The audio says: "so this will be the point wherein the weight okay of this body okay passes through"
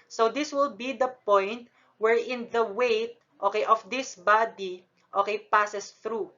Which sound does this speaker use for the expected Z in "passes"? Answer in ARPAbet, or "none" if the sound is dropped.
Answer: S